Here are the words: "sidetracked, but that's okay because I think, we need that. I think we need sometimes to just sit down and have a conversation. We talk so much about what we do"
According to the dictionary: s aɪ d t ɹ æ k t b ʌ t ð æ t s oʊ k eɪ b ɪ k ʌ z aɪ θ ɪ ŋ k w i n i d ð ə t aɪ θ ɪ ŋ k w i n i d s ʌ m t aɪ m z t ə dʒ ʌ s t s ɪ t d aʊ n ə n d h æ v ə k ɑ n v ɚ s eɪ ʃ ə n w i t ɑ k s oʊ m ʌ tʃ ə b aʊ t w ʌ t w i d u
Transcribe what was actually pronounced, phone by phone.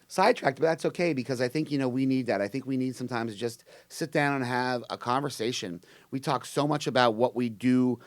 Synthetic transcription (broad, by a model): s aɪ d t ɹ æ k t b ʌ t ð æ t s oʊ k eɪ b ɪ k ʌ z aɪ θ ɪ ŋ k w i n i d ð ə t aɪ θ ɪ ŋ k w i n i d s ʌ m t aɪ m z dʒ ʌ s t s ɪ t d aʊ n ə n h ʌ v ə k ɑ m v ɚ s eɪ ʃ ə n w i t ɑ k s oʊ m ʌ tʃ ə b aʊ t w ʌ t w i d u